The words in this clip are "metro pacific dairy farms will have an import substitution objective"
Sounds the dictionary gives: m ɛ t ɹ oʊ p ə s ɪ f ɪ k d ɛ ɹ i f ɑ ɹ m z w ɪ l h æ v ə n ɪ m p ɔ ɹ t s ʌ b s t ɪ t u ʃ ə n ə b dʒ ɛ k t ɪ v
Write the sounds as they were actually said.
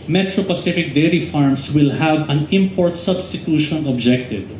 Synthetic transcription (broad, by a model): m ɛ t ɹ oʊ p ə s ɪ f ɪ k d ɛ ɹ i f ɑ ɹ m s w ɪ l h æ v ə n ɪ m p ɔ ɹ t s ʌ b s t ɪ t u ʃ ə n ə b dʒ ɛ k t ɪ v